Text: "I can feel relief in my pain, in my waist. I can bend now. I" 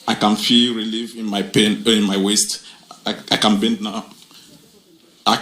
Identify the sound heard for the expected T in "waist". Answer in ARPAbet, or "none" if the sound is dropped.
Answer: T